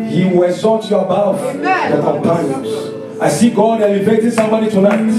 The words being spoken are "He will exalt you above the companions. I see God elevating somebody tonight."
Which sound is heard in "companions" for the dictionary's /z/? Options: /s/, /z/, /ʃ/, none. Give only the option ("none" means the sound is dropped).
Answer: none